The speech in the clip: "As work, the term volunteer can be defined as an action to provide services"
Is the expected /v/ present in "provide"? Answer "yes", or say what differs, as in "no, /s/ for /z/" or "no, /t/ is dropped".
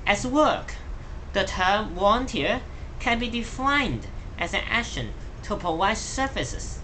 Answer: no, /w/ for /v/